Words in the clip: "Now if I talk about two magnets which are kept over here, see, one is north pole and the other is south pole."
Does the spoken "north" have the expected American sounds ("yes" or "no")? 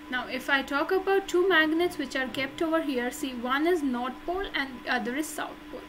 no